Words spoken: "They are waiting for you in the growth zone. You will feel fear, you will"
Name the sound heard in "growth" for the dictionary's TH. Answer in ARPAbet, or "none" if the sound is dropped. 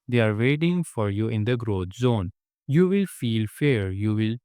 T